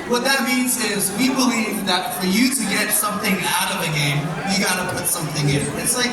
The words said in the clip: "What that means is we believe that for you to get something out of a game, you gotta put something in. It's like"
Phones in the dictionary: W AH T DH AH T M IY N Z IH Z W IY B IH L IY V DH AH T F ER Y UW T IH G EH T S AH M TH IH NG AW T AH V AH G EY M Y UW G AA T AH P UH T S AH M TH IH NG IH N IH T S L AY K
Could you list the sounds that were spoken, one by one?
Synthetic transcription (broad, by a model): W AH T DH AH T M IY N Z IH Z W IY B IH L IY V DH AH T F ER Y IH T IH G EH T S AH M TH IH NG AW T AH V AH G EY M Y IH G AA T AH P UH T S AH M TH IH NG IH N IH T S L AY K